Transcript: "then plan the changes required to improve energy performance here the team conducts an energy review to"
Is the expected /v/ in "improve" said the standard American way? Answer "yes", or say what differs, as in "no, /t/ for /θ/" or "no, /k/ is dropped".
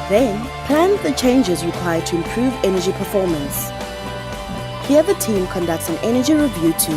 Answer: yes